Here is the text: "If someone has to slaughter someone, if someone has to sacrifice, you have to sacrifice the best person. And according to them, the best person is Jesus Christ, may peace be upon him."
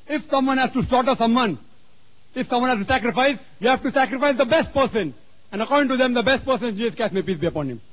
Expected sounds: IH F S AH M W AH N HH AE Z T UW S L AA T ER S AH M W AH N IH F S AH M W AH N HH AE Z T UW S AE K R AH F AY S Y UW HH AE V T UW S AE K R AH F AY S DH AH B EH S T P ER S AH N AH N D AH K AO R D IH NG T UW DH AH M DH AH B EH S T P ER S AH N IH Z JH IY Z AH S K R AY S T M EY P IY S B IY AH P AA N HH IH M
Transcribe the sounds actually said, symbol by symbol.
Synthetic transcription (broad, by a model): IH F S AH M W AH N HH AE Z T UW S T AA T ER S AH M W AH N IH F S AH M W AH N HH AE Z T UW S AE K R AH F AY S Y UW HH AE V T UW S AE K R AH F AY S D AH B EH S T P ER S AH N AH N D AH K AO R D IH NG T UW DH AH M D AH B EH S T P ER S AH N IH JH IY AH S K AY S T M EY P IY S B IY AH P AA N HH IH M